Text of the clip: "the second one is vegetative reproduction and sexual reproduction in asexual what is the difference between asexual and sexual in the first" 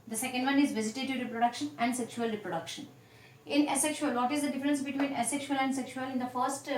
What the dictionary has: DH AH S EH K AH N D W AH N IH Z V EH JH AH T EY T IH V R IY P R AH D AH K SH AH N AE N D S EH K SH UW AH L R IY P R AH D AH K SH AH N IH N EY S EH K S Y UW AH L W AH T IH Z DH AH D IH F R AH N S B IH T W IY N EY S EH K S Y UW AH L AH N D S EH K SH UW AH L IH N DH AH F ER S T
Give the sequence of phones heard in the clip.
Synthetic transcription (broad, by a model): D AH S EH K AH N D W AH N IH Z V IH Z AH T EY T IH R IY P R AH D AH K SH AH N AE N D S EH K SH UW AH L R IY P R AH D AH K SH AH N IH N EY S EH K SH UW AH L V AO T IH Z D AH D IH F R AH N S B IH T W IY N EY S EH K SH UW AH L AH N D S EH K SH UW AH L IH N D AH F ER S T